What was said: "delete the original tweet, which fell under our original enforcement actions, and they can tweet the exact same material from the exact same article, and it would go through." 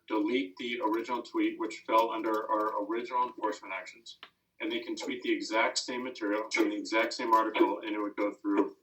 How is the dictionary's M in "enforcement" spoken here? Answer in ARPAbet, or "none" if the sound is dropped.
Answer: none